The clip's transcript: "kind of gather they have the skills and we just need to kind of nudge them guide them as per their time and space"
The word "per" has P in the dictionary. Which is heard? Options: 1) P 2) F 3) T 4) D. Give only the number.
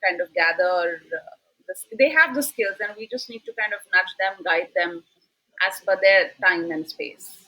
2